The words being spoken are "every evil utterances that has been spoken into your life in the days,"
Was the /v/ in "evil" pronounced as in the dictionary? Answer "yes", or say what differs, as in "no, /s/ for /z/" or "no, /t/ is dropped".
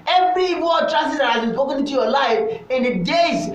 no, /w/ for /v/